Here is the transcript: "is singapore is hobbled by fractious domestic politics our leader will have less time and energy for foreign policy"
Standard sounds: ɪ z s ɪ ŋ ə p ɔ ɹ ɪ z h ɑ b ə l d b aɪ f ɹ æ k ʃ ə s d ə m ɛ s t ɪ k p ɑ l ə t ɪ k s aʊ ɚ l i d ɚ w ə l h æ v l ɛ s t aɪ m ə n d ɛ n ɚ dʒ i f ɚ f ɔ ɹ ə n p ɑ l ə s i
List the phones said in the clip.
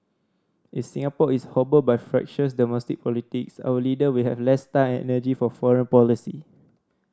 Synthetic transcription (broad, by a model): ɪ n s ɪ ŋ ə p ɔ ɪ s h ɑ b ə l b aɪ f ɹ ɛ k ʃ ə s d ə m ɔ s t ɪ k p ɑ l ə t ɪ k s aʊ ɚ l i d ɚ w ə l h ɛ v l ɛ s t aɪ ə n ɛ n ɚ dʒ i f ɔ f ɔ ɹ ə n p ɑ l ə s i